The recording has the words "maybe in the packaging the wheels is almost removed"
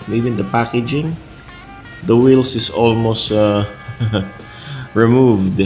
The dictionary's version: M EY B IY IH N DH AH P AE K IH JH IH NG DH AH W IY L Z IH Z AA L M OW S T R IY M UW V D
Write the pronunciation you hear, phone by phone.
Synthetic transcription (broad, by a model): M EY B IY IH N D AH P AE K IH JH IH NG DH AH W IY L S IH S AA L M OW S T R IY M UW V D